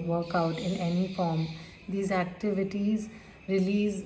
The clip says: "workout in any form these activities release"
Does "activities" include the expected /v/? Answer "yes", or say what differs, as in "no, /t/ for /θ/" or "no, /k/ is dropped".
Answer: yes